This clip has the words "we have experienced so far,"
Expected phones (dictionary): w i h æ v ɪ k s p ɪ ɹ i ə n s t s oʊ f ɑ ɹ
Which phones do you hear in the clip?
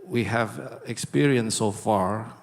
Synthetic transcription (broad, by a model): w i h æ v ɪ k s p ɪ ɹ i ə n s s oʊ f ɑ ɹ